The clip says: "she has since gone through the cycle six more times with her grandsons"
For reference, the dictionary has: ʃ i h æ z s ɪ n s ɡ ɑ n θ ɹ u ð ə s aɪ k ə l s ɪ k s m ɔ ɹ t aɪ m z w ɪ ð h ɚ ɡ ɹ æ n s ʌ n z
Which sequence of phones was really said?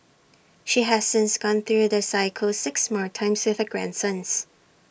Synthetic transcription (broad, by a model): ʃ i h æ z s ɪ n s ɡ ɑ n θ ɹ u ð ə s aɪ k ə l s ɪ k s m ɔ ɹ t aɪ m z w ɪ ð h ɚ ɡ ɹ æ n s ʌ n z